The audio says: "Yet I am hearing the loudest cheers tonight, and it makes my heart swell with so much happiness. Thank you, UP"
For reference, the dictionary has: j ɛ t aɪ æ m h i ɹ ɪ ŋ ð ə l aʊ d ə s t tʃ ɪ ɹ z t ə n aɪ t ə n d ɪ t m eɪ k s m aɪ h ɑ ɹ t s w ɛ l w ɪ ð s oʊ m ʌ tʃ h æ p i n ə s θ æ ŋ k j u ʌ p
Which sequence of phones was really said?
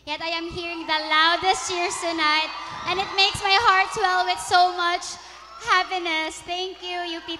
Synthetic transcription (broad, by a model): j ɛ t aɪ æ m h i ɹ ɪ ŋ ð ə l aʊ d ə s t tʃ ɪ ɹ s t ə n aɪ t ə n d ɪ t m eɪ k s m aɪ h ɑ ɹ t s w ɛ l w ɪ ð s oʊ m ʌ tʃ h æ p i n ə s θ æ ŋ k j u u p